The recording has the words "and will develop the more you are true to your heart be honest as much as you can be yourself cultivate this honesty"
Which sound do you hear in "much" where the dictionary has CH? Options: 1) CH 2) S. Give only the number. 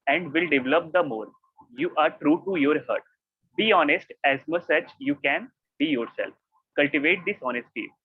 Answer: 2